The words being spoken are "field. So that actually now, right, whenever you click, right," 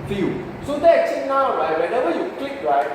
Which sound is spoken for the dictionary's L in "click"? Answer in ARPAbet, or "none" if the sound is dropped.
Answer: L